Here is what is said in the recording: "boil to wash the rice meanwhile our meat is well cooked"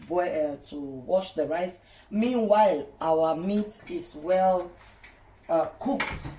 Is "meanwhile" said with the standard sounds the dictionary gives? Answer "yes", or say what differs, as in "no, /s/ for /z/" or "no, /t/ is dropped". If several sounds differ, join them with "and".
yes